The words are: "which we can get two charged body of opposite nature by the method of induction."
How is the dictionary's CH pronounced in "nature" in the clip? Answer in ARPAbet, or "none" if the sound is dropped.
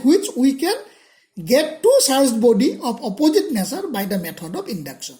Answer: S